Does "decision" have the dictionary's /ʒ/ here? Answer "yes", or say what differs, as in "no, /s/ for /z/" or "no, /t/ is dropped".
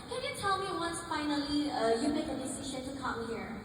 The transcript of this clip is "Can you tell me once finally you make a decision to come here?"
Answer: no, /ʃ/ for /ʒ/